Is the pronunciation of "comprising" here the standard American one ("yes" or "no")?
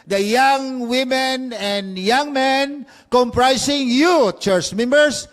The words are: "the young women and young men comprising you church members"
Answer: no